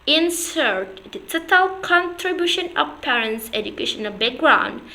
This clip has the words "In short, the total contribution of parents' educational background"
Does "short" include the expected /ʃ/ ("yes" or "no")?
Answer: no